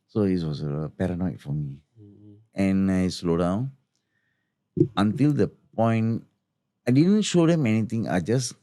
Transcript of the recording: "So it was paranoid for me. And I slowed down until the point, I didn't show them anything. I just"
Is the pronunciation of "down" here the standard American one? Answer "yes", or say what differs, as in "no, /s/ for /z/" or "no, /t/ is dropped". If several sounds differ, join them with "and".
yes